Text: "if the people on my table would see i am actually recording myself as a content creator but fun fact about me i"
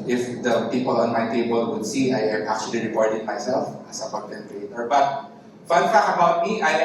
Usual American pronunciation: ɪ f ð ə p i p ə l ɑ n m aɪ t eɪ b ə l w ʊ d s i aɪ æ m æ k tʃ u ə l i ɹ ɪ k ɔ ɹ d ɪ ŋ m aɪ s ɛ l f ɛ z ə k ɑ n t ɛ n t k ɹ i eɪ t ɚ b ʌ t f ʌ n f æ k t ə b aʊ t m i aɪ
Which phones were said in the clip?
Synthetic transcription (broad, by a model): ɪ f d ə p i p ə l ɑ n m aɪ t eɪ b ə l w ʊ d s i aɪ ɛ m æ k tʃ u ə l i ɹ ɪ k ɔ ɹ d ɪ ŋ m aɪ s ɛ l f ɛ s ə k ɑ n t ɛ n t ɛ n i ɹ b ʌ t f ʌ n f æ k ə b aʊ t m i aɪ